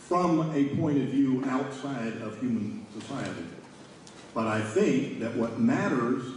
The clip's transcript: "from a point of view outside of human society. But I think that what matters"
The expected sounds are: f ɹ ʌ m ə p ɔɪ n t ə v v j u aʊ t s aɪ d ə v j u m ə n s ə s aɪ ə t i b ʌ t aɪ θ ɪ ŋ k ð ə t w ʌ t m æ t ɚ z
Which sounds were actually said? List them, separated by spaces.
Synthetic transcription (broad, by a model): f ɹ ʌ m ə p ɔɪ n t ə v v j u aʊ t s aɪ d ə v j u m ə n s ə s aɪ ə t i b ʌ t aɪ θ ɪ ŋ k ð ə t w ʌ t m æ t ɚ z